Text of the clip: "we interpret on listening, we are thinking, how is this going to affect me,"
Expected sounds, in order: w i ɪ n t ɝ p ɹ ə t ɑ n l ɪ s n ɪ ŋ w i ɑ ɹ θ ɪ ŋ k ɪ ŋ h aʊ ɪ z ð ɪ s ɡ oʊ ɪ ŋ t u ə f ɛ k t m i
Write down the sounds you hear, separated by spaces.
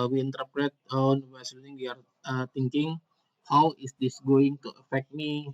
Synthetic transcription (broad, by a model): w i ɪ n t ɝ p ɹ ə t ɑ n w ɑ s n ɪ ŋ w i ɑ ɹ t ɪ ŋ k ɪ ŋ h aʊ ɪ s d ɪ s ɡ oʊ ɪ ŋ t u ə f ɛ k t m i